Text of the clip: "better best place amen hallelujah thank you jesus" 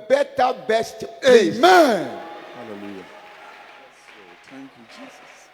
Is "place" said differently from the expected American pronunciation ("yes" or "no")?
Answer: yes